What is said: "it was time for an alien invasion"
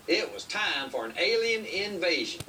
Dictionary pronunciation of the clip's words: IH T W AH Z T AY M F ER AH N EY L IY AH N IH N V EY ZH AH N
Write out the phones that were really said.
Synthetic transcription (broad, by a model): IH T W AH Z T AY M F ER AH N EY L IY AH N IH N V EY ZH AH N